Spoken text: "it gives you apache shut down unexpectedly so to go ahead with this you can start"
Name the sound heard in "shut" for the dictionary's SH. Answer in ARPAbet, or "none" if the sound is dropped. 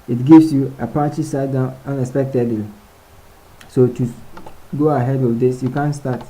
S